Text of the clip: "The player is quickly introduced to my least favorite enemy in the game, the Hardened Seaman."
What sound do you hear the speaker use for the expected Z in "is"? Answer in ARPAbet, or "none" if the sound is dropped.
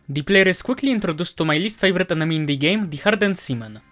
S